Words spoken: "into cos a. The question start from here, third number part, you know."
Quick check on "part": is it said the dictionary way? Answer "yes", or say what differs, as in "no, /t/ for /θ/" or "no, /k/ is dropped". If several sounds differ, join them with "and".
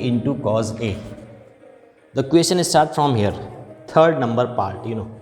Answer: yes